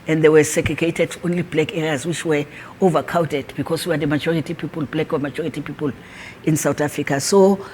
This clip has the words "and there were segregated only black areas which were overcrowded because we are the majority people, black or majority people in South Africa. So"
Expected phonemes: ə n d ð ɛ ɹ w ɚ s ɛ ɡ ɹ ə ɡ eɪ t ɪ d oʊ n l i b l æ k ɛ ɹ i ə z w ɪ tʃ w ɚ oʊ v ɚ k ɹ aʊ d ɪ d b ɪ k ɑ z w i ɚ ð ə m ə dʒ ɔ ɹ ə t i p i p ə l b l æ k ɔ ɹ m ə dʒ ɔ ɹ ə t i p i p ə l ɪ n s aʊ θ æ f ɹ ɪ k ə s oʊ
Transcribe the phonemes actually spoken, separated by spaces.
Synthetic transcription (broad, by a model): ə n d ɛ w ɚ s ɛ ɡ ɹ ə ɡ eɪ t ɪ d oʊ n l i b l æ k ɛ ɹ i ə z w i tʃ w ɚ oʊ v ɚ k aʊ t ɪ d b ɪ k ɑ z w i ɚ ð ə m ə dʒ ɔ ɹ ə t i p i p ə l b l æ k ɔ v m ə dʒ ɔ ɹ ə t i p i p ə l ɪ n s aʊ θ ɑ f ɹ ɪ k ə s oʊ